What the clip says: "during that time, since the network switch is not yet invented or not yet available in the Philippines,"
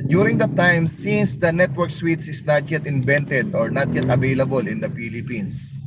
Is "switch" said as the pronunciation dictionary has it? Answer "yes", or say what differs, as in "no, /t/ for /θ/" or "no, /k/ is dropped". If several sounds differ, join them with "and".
no, /s/ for /tʃ/